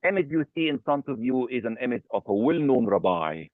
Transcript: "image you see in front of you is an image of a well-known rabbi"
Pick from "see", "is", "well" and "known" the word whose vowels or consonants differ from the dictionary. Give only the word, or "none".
none